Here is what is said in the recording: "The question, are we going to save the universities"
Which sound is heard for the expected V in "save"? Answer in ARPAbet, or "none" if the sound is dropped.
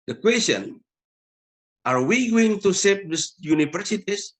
P